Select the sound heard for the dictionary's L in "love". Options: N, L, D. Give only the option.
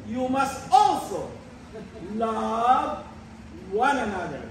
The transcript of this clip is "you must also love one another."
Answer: L